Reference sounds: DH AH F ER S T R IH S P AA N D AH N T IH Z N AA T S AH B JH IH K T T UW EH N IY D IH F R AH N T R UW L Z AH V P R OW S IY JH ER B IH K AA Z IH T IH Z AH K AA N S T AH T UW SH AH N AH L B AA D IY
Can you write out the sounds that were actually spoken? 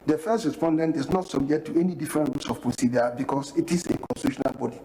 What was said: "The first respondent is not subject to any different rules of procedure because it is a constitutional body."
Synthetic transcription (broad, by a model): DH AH F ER S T R IH S P AA N D AH N T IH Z N AA T S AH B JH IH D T T UW EH N IY D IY F R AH N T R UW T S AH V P R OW S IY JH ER B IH K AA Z IH T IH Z AH K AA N S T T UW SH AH N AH L B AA D IY